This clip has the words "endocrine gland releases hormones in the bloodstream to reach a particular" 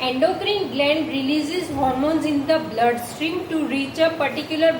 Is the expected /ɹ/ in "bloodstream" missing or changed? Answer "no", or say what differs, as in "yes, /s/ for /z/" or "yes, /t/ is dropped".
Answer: no